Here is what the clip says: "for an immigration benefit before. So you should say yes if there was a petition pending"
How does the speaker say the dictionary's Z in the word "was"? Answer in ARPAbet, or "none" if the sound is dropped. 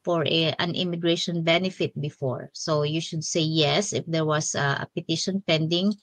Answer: S